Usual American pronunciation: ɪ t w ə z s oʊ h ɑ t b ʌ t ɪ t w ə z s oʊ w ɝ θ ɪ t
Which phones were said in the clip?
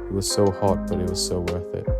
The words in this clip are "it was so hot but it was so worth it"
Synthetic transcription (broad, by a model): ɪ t w ə z s oʊ h ɑ t b ʌ t ɪ t w ə z s oʊ w ɝ θ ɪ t